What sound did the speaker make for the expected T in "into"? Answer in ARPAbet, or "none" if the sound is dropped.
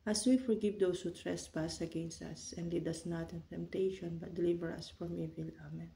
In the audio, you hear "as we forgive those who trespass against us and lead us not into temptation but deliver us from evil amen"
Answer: T